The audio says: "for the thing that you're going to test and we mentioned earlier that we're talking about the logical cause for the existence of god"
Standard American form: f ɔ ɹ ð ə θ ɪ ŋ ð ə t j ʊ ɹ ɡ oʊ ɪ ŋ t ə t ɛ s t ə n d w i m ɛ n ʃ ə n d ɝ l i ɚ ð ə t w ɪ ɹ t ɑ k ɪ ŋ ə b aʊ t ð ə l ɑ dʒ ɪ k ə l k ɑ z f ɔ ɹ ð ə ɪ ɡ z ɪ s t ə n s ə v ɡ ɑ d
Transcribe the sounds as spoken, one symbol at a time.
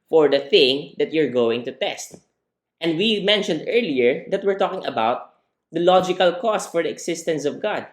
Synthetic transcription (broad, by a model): f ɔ ɹ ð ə θ ɪ ŋ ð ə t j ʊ ɹ ɡ oʊ ɪ ŋ t ə t ɛ s t ə n d w i m ɛ n ʃ ə n d ɝ l i ɚ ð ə t w ɪ ɹ t ɑ k ɪ ŋ ə b aʊ t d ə l ɑ dʒ ɪ k ə l k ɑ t f ɔ ɹ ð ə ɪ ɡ s ɪ s t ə n s ə v ɡ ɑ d